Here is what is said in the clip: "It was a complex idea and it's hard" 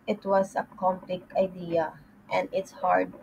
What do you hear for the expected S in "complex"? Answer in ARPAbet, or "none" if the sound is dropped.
none